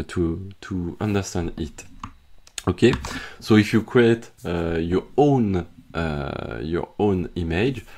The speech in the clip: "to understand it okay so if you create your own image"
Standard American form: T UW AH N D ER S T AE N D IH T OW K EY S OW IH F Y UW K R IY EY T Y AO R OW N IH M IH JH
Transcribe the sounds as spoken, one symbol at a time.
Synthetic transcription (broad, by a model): T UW AH N D ER S T AE N D IH T OW K EY S OW IH F Y UW K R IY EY T Y AO R OW N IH M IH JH